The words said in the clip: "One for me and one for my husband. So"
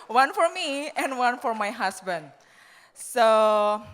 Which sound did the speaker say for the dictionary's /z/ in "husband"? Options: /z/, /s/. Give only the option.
/s/